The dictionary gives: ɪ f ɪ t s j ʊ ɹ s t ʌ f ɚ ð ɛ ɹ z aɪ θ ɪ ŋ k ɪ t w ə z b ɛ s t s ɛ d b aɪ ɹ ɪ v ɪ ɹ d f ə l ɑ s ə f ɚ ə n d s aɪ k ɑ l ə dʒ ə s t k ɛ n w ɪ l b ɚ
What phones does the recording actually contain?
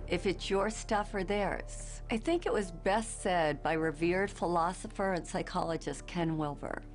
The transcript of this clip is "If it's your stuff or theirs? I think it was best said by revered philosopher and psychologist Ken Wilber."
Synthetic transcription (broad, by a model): ɪ f ɪ t s j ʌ ɹ s t ʌ f ɚ ð ɛ ɹ z aɪ θ ɪ ŋ k ɪ t w ə z b ɛ s t s ɛ d b aɪ ɹ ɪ v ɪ ɹ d f ə l ɑ s ə f ɚ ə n s aɪ k ɑ l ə dʒ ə s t k ɛ n w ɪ l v ɚ